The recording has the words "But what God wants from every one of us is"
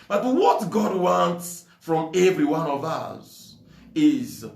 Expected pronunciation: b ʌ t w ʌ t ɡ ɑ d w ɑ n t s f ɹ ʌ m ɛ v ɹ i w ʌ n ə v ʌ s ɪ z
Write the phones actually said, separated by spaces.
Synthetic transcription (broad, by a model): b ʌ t w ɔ t ɡ ɑ d w ɑ n t s f ɹ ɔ m ɛ v ɹ i w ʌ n ə v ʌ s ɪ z